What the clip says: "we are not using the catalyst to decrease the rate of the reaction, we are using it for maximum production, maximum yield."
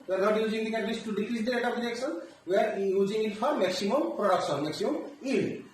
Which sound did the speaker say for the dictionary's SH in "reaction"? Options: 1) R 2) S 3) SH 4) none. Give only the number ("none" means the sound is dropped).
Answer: 2